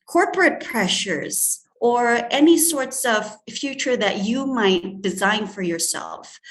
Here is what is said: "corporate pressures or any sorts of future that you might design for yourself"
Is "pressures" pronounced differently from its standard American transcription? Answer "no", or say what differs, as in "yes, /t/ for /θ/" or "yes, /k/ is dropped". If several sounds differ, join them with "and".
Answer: no